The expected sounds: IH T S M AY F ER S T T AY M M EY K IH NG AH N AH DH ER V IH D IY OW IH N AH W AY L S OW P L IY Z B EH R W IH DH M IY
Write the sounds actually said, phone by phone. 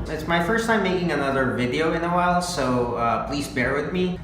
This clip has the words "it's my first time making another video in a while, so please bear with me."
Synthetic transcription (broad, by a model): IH T S M AY F ER S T T AY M M EY K IH NG AH N AH DH ER V IH D IY OW IH N AH W AY L S OW P L IY Z B EH R W IH DH M IY